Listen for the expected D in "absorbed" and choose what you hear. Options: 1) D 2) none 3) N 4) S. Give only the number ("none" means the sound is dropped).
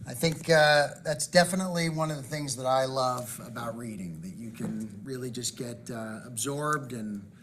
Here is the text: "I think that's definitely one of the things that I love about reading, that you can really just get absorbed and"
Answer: 1